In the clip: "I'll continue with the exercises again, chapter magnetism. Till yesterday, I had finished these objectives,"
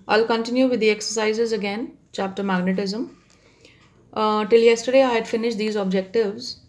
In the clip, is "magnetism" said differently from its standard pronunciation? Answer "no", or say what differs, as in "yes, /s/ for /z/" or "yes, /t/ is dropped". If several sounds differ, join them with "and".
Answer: no